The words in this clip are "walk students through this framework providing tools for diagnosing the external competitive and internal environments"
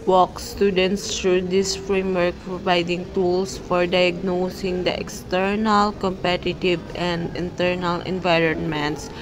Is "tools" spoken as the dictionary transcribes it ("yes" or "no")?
no